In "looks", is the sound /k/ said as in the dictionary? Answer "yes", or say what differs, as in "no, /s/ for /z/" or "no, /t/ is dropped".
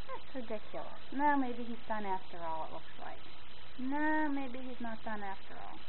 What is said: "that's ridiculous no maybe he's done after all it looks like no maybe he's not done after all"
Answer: yes